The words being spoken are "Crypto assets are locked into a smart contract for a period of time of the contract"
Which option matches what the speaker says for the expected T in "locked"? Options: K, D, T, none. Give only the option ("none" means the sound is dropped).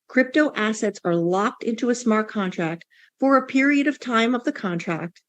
T